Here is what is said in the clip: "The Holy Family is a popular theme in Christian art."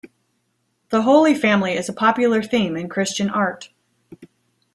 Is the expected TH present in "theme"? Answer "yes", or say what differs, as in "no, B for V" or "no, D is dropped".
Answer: yes